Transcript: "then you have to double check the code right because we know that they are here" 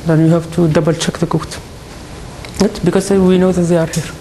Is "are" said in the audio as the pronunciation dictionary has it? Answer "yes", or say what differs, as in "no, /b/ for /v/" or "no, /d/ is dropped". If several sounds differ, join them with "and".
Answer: yes